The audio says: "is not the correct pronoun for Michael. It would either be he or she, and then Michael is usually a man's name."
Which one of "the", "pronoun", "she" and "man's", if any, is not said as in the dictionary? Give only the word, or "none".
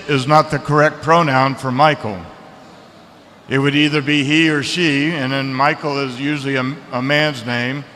none